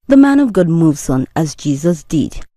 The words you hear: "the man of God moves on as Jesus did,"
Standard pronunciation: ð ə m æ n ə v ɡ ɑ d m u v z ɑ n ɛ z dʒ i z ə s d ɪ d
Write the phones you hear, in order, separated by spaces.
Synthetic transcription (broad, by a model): ð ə m æ n ə v ɡ ɑ d m u v z n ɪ z dʒ i z ə s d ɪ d